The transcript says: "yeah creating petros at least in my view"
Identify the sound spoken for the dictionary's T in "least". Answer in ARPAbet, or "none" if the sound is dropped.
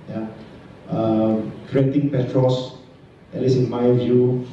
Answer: none